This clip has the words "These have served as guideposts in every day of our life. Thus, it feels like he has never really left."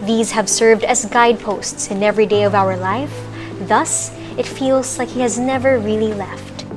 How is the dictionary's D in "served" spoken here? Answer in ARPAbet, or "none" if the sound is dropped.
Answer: D